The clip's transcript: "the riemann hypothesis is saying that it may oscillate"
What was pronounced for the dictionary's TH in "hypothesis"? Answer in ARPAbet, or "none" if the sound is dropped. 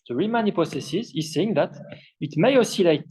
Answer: S